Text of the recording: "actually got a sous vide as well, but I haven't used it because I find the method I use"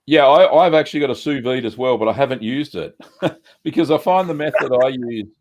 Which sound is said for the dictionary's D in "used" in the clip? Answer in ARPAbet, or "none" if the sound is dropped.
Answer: D